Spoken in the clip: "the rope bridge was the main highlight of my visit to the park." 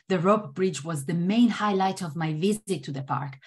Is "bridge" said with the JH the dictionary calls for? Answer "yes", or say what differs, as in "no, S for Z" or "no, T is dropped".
yes